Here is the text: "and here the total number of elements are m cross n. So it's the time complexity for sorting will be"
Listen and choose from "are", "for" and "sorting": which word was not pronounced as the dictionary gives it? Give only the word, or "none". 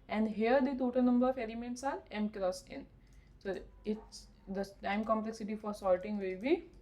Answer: sorting